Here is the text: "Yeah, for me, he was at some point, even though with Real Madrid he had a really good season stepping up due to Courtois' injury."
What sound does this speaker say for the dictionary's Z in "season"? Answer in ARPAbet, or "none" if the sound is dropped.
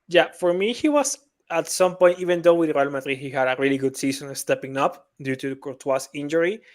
S